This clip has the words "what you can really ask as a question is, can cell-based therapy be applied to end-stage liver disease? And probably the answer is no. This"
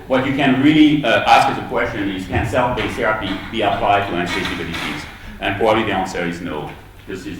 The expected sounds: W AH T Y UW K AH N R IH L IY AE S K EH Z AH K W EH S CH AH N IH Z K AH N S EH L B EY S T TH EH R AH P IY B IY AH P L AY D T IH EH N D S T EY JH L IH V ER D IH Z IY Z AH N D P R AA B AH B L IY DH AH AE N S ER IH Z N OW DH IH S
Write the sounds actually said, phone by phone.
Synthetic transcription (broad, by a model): W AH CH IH K AH N R IH L IY AE S K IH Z AH K W EH S CH AH N IH Z K AH N S EH L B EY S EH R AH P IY B IY AH P L AY D T IH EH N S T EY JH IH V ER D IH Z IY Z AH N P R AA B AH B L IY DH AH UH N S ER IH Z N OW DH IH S